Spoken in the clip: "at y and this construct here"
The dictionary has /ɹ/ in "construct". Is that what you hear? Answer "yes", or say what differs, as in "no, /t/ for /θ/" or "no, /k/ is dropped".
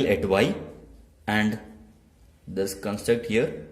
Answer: yes